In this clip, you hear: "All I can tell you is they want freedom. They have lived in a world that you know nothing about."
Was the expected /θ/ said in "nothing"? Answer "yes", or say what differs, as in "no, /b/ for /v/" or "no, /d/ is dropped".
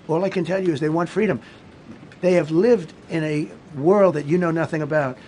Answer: yes